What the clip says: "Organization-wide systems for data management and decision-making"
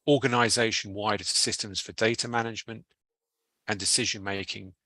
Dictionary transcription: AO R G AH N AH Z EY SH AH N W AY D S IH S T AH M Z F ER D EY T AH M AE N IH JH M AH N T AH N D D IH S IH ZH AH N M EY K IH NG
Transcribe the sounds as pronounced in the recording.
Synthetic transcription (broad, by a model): AO G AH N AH Z EY SH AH N W AY D S IH S T AH M Z F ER D EY T AH M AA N IH JH M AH N T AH N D D IH S IH ZH AH N M EY K IH NG